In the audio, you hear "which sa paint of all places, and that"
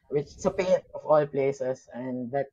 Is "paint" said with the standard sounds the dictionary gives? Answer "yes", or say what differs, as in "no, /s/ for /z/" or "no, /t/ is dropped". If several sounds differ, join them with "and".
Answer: no, /n/ is dropped